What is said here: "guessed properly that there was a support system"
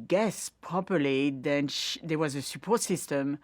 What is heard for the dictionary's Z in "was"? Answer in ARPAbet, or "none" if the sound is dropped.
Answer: Z